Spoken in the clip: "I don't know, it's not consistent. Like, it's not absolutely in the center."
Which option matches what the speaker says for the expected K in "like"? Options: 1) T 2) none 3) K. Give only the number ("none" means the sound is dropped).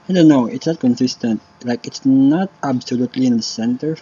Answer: 3